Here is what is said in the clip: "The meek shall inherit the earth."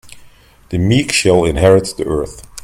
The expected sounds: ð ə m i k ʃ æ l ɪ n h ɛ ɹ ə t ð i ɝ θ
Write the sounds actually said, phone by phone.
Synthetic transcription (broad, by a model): ð ə m i k ʃ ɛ l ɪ n h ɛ ɹ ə t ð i ɝ θ